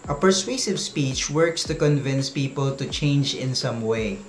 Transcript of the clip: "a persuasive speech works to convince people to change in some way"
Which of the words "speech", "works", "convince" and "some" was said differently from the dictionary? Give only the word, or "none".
none